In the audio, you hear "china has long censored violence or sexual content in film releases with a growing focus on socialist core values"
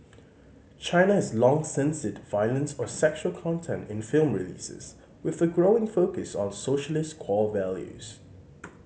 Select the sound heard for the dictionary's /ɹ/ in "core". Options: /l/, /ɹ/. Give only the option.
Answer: /l/